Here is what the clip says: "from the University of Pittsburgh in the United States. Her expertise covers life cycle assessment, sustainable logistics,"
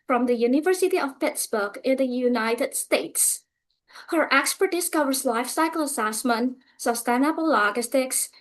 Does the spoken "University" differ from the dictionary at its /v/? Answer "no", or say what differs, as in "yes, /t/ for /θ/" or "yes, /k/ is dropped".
no